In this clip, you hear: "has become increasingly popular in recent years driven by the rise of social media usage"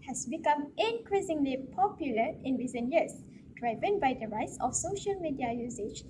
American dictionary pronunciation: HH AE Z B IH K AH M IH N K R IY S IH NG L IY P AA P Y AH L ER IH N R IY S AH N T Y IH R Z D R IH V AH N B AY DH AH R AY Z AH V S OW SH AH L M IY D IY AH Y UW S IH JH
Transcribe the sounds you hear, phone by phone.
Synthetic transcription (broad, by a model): HH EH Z B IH K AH M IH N K R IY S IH NG L IY P AA P Y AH L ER IH N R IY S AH N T Y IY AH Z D R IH V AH N B AY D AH R AY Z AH F S OW SH AH L M IY D IY AH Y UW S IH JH